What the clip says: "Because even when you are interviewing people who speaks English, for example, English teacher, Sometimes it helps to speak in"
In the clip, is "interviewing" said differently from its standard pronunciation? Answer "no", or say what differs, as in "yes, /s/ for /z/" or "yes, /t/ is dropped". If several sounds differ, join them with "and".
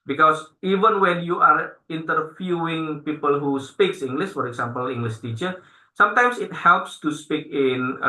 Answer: yes, /f/ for /v/